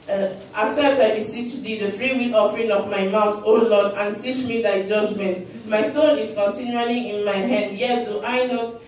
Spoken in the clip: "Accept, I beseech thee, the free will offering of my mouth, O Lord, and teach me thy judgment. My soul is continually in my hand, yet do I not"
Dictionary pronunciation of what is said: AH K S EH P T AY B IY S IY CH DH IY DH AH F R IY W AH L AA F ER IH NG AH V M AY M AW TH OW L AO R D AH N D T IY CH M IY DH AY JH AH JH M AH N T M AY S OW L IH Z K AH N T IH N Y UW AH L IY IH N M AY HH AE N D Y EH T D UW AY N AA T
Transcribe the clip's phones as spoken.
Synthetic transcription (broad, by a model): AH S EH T AY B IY S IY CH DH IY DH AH F R IY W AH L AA F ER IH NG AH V M AY M AW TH OW L AO D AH N T IY CH M IY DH AY JH AH JH M AH N T M AY S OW N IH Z K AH N T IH N Y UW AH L IY IH N M AY HH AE N D Y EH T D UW AY N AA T